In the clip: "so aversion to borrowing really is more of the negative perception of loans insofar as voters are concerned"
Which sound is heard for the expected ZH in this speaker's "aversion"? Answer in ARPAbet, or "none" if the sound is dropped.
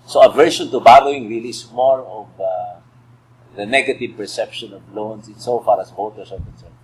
SH